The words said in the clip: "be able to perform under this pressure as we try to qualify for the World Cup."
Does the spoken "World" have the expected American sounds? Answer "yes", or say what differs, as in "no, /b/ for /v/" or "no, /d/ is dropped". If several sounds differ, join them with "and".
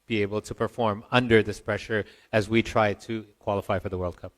yes